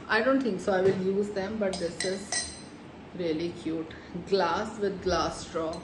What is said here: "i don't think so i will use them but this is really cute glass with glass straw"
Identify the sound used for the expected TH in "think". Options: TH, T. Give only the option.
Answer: T